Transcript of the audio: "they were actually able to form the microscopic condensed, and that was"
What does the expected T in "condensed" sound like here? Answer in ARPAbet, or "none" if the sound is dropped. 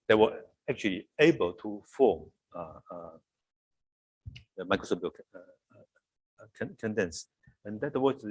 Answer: none